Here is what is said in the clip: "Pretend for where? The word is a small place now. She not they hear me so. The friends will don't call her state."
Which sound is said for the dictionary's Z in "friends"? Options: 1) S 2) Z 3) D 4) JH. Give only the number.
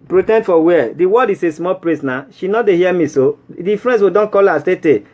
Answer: 1